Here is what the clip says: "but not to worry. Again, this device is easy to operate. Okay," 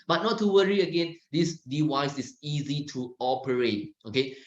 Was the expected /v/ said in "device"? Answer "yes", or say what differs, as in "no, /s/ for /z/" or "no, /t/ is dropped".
no, /w/ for /v/